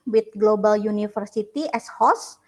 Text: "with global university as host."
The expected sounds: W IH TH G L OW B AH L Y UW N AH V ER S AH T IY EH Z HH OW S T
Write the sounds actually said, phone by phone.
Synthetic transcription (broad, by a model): W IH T G L OW B AH L Y UW N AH F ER S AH T IY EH S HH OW S